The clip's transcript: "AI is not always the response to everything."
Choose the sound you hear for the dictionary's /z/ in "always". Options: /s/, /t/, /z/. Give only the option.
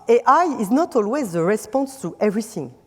/z/